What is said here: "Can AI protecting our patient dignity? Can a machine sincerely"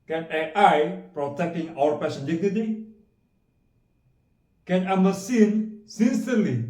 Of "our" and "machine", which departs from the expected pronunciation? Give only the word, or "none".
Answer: machine